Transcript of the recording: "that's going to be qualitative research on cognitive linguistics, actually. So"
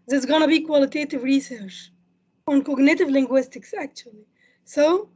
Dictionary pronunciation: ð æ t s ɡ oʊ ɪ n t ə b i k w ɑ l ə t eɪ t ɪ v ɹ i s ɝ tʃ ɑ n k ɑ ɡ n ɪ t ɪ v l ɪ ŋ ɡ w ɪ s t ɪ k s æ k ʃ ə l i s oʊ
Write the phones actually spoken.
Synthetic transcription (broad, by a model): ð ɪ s ɡ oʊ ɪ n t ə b i k w ɑ l ə t eɪ t ɪ v ɹ i s ɝ tʃ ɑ n k ɑ ɡ n ɪ t ɪ v l ɪ ŋ ɡ w ɪ s t ɪ k s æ k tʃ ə l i s oʊ